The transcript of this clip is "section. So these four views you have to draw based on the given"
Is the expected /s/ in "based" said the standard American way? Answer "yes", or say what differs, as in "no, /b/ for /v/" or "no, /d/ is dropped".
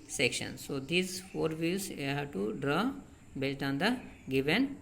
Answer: no, /s/ is dropped